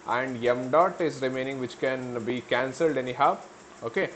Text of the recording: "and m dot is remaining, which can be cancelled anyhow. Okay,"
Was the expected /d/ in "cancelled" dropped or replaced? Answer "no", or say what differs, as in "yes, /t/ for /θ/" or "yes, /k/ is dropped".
no